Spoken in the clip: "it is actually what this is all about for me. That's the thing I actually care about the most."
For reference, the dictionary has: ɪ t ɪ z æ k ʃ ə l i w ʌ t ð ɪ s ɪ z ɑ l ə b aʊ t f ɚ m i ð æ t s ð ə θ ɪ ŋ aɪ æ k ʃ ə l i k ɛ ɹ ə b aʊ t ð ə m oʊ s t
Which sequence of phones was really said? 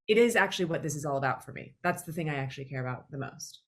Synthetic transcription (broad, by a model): ɪ t ɪ z æ k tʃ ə l i w ʌ t ð ɪ s ɪ z ɑ l ə b aʊ t f ɚ m i ð æ t s ð ə θ ɪ ŋ aɪ æ k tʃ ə l i k ɛ ɹ ə b aʊ t ð ə m oʊ s t